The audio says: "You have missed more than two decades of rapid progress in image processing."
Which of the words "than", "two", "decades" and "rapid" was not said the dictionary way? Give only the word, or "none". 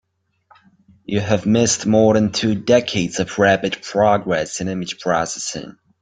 rapid